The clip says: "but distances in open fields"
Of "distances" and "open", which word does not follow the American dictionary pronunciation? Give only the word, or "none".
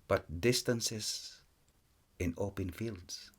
distances